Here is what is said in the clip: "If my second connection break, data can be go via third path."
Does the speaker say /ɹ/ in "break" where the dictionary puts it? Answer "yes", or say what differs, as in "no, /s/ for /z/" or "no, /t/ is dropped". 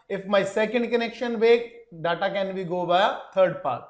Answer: no, /ɹ/ is dropped